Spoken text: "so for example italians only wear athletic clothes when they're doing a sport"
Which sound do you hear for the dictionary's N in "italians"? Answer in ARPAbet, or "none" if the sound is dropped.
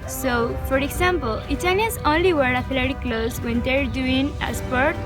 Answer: none